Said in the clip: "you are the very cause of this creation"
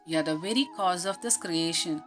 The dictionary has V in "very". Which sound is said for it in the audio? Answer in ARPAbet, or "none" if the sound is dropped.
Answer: V